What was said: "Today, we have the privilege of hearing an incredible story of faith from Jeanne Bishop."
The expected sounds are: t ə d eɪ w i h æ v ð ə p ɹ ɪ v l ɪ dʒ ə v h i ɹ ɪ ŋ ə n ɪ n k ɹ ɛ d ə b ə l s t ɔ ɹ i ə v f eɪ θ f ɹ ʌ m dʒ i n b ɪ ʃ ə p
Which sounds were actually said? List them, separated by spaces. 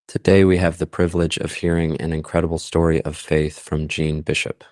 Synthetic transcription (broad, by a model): t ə d eɪ w i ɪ v ð ə p ɹ ɪ v l ɪ dʒ ə v h i ɹ ɪ ŋ ə n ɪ n k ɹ ɛ d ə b l s t ɔ ɹ i ə v f eɪ θ f ɹ ʌ m dʒ i n b ɪ ʃ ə p